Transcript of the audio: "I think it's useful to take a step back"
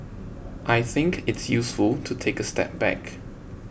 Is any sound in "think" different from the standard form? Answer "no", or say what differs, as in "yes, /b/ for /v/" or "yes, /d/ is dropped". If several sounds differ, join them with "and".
no